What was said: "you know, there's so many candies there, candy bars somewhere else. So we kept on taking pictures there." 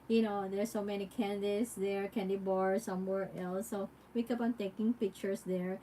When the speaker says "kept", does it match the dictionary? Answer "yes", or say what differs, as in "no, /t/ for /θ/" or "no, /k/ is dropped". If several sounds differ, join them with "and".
no, /t/ is dropped